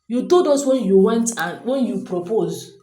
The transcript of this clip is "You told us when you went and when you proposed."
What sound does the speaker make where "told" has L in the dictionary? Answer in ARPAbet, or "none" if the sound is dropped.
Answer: none